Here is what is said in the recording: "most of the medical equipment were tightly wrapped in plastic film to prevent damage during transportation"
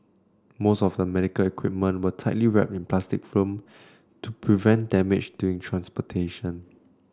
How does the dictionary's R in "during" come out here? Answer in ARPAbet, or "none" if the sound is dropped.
none